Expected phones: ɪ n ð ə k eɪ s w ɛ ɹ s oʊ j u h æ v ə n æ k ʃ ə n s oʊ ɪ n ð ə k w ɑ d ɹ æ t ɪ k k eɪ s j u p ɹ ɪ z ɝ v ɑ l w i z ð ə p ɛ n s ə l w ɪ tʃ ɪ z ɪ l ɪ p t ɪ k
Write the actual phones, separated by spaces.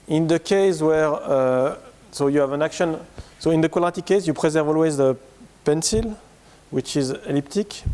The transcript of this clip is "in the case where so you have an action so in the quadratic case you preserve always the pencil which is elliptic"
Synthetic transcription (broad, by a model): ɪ n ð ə k eɪ s w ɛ ɹ s oʊ j u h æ v ə n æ k ʃ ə n s oʊ ɪ n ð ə k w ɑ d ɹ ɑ t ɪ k k eɪ s j u p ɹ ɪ z ɝ v ɑ l w i z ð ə p ɛ n s ə l w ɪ tʃ ɪ z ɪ l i p t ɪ k